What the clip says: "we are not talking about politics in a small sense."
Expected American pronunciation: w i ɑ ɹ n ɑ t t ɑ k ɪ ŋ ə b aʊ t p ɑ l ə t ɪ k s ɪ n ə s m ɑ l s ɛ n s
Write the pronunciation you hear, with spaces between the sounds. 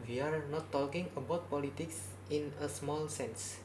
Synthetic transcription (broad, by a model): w i ɑ ɹ n ɑ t t ɑ k ɪ ŋ ə b aʊ t p ɑ l ə t ɪ k s ɪ n ə s m ɑ l s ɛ n s